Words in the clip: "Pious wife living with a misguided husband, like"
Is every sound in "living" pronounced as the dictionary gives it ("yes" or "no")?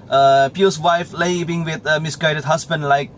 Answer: no